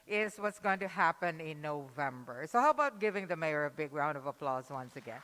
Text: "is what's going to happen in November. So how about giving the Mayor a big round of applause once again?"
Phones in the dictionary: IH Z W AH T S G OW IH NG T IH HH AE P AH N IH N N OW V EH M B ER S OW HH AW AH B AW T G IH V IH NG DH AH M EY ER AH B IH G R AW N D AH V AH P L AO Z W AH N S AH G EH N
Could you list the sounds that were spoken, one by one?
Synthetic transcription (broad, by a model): IH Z W AH T S G OW IH NG T IH HH AE P AH N IH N N OW V EH M B ER S OW HH AW AH B AW T G IH V IH NG DH AH M EY ER AH B IH G R AW N D AH V AH P L AO Z W AH N S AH G EH N